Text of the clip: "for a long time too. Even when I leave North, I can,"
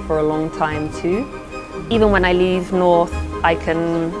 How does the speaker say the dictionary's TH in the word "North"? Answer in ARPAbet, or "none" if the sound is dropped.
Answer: TH